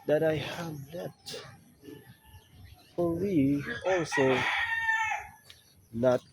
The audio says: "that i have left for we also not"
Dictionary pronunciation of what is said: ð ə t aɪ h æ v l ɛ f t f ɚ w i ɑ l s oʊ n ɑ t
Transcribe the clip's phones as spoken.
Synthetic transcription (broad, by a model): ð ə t aɪ h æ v n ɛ t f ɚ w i ɑ l s oʊ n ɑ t